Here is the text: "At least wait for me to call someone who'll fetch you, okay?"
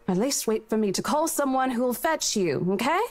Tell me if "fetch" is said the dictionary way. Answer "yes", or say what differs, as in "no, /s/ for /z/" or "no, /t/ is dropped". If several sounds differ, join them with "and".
yes